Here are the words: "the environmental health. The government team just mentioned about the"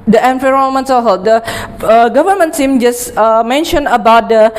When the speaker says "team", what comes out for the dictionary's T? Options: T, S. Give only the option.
S